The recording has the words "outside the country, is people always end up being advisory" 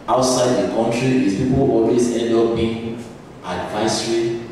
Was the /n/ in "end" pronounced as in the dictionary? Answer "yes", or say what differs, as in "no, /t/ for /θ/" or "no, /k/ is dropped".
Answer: no, /n/ is dropped